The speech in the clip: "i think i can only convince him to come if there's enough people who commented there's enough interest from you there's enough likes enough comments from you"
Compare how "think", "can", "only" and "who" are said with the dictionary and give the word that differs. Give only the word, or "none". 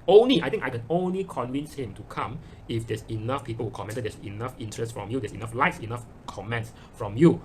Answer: think